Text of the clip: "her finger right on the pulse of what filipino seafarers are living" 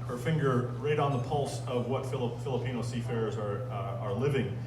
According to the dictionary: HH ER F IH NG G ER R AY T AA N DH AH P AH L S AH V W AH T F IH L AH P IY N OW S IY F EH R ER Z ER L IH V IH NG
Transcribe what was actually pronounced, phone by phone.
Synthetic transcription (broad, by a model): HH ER F IH NG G ER R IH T N DH AH P AH L S AH V W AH T F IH L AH P IY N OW S IY F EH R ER ER L IH V IH NG